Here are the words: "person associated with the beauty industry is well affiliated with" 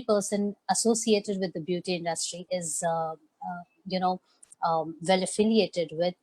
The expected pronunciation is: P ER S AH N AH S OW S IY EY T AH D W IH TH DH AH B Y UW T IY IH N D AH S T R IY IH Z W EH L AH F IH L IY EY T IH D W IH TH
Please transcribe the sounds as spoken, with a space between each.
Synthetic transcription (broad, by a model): P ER S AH N AH S OW S IY EY T AH D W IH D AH B Y UW T IY IH N D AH S T R IY IH Z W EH L AH F IH L IY EY T IH D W IH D